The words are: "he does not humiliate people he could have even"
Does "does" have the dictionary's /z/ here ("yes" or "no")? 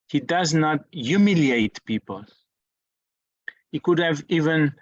yes